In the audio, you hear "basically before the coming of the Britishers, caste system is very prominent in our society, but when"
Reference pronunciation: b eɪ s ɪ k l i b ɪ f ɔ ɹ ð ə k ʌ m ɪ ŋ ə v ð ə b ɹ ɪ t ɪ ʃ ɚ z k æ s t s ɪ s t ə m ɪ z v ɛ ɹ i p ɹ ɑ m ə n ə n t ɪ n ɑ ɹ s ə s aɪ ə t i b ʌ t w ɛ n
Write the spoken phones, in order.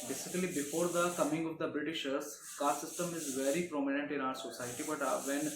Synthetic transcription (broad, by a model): b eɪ s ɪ k l i b ɪ f ɔ ɹ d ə k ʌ m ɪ ŋ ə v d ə b ɹ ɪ t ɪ ʃ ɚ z k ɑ t s ɪ s t ə m ɪ z v ɛ ɹ i p ɹ ɑ m ə n ə n t ɪ n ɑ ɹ s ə s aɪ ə t i b ʌ t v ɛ n